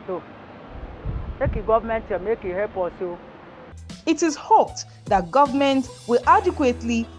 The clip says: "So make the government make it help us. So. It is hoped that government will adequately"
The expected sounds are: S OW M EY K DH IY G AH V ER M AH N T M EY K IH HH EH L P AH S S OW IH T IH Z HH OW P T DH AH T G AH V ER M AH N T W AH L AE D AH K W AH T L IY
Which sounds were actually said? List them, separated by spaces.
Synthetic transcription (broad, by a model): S OW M EY K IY G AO V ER M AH N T M EY K IH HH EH P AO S S OW IH T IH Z HH OW P T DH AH T G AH V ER M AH N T W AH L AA D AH K W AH T L IY